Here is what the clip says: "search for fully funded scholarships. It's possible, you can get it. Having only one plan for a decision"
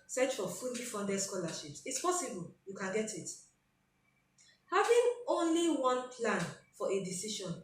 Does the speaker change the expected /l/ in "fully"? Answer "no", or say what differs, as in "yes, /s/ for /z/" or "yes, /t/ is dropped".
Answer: yes, /n/ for /l/